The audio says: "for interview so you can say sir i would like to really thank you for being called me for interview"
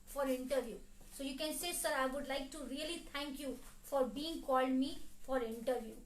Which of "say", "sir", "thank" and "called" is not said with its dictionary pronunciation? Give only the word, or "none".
thank